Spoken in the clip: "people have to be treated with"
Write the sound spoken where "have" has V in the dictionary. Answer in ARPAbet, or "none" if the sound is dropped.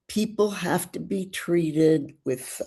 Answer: F